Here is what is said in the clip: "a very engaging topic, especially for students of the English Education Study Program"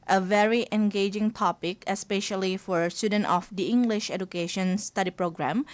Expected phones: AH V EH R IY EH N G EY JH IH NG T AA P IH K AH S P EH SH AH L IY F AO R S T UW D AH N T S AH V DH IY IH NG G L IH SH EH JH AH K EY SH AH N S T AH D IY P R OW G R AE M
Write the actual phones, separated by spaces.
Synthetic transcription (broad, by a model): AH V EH R IY EH N G EY JH IH NG T AA P IH K AH S P EH SH AH L IY F AO R S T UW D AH N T AH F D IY IH NG G L IH SH EH JH AH K EY SH AH N S T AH D IY P R OW G R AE M